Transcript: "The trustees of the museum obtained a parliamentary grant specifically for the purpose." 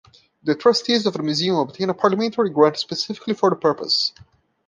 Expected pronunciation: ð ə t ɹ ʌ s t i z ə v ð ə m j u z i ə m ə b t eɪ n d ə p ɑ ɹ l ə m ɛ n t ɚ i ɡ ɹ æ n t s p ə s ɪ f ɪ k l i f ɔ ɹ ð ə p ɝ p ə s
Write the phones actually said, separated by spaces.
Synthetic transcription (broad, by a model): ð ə t ɹ ʌ s t i z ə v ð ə m j u z i ə m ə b t eɪ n ə p ɑ ɹ l ə m ɛ n t ɚ i ɡ ɹ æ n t s p ə s ɪ f ɪ k l i f ɔ ɹ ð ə p ɝ p ə s